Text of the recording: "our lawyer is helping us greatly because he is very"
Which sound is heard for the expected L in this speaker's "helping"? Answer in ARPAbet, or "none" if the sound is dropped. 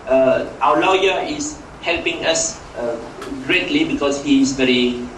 L